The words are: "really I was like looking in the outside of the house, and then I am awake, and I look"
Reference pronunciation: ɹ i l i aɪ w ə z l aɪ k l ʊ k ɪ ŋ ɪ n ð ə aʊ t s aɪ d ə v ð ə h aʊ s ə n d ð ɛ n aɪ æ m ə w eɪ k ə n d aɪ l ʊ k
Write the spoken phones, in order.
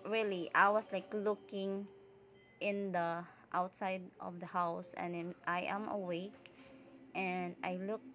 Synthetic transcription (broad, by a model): ɹ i l i aɪ w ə s l aɪ k l ʊ k ɪ ŋ ɪ n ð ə aʊ t s aɪ d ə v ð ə h aʊ s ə n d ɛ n aɪ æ m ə w eɪ k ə n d aɪ l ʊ k